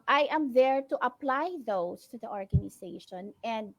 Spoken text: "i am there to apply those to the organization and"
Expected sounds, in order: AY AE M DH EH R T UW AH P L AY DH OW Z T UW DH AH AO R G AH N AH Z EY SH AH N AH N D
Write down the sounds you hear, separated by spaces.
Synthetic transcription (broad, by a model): AY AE M DH EH R T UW AH P L AY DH OW S T UW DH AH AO R G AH N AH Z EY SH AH N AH N D